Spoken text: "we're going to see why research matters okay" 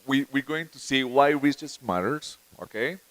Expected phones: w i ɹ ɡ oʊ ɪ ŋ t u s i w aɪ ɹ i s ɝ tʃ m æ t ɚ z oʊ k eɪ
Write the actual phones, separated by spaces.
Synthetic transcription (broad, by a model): w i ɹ ɡ oʊ ɪ ŋ t u s i w aɪ w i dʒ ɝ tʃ m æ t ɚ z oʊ k eɪ